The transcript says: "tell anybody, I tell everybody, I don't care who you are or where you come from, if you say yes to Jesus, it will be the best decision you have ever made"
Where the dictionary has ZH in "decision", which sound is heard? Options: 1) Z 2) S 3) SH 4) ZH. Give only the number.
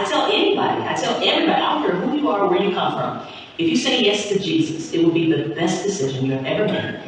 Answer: 4